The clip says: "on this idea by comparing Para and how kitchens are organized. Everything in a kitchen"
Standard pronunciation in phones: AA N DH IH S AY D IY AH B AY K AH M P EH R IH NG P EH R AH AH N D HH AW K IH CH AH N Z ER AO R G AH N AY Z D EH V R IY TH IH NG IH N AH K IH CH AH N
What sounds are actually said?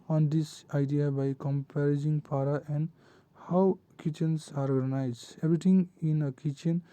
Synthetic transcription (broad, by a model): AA N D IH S AY D IY AH B AY K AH M P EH R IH NG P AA R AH AH N D HH AW K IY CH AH N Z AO R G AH N AY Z EH B R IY T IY NG IH N AH K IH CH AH N